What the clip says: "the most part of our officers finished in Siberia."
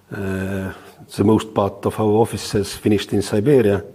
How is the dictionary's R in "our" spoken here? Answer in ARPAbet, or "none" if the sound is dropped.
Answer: W